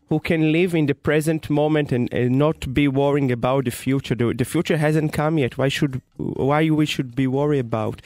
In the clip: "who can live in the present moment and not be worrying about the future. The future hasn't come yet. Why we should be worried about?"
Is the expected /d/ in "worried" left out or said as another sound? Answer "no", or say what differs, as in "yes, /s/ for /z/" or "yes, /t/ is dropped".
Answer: yes, /d/ is dropped